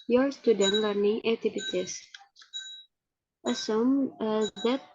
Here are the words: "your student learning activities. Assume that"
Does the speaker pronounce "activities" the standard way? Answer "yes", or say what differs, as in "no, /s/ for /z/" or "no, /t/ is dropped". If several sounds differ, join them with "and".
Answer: no, /k/ is dropped and /s/ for /z/